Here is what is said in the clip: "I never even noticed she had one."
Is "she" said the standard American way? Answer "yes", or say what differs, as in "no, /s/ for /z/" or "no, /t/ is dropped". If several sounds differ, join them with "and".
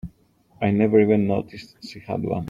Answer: no, /s/ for /ʃ/